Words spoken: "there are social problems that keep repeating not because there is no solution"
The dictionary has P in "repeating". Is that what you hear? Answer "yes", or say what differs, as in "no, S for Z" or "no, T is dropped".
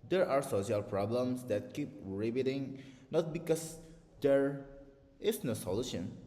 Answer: no, B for P